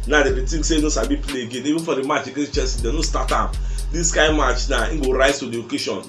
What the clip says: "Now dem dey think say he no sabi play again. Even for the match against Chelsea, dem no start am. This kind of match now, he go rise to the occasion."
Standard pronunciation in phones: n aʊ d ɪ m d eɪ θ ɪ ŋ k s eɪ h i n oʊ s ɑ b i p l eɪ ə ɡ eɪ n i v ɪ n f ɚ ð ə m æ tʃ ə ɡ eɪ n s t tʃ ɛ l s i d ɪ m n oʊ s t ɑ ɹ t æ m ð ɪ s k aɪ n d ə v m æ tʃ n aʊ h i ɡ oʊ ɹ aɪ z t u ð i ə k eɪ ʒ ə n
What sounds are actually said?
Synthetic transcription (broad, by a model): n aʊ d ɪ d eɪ t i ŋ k s eɪ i n oʊ s ɑ b i p l eɪ ə ɡ eɪ n i v ɪ n f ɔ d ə m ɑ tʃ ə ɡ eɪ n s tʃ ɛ s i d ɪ n oʊ s t ɑ t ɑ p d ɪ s k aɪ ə m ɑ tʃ n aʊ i ɡ oʊ ɹ aɪ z t u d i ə k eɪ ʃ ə n